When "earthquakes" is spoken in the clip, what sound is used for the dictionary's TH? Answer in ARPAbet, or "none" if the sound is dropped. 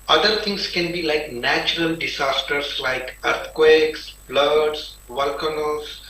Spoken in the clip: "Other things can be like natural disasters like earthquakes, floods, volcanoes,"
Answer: T